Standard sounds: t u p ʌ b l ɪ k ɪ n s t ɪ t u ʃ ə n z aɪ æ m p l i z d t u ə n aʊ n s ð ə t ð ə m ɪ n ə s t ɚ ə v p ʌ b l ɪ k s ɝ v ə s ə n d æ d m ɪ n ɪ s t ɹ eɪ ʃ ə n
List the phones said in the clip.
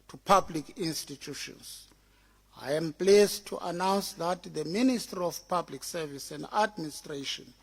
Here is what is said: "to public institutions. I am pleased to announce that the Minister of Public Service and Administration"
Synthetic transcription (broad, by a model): t u p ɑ b l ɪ k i n s t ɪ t u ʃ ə n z aɪ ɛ m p l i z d t u ə n aʊ n s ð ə t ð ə m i n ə s t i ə f p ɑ b l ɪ k s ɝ v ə s ə n d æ d m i n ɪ s t ɹ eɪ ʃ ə n